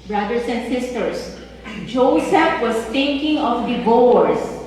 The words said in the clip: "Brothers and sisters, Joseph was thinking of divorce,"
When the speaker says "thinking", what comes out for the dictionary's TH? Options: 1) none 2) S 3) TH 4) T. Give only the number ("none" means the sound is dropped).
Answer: 4